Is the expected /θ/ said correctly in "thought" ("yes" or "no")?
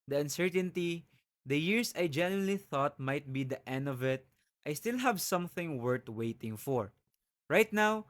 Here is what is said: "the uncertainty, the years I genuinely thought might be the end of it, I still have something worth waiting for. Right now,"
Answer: yes